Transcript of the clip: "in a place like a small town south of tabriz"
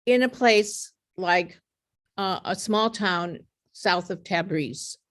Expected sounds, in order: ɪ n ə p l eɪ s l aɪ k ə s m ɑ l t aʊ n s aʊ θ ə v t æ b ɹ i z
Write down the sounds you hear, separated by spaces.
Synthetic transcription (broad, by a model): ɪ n ə p l eɪ s l aɪ k ə s m ɑ l t aʊ n s aʊ θ ə v t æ b ɹ i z